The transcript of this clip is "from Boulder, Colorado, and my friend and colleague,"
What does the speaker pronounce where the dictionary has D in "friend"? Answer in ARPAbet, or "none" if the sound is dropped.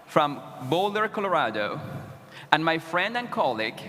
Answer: D